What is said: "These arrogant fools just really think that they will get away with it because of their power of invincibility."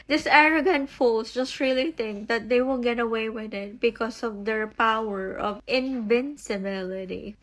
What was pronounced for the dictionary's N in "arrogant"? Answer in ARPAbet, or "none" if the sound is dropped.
N